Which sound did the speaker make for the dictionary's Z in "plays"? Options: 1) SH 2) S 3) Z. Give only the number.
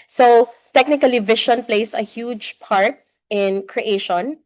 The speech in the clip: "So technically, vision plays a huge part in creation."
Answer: 2